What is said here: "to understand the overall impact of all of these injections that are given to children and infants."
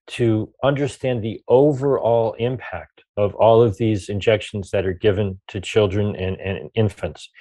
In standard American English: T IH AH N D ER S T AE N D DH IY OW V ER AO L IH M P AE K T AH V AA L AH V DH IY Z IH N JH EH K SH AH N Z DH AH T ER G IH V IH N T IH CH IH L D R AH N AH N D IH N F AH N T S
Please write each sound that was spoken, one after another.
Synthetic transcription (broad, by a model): T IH AH N D ER S T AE N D DH IY OW V ER AO L IH M P AE K T AH V AA L AH V DH IY Z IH N JH EH K SH N Z DH AH T ER G IH V IH N T IH CH IH L D R AH N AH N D IH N F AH N T S